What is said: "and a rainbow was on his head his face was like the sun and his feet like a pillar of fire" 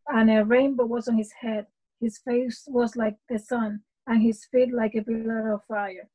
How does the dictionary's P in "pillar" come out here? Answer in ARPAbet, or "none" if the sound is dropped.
B